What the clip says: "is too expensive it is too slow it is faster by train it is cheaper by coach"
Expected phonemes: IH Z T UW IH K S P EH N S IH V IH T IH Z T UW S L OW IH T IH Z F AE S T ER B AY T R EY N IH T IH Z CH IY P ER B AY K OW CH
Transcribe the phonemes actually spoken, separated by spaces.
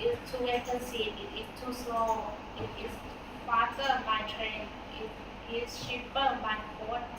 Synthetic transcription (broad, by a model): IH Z T UW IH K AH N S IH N IH T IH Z T UW S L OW IH T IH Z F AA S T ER B AY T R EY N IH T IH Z SH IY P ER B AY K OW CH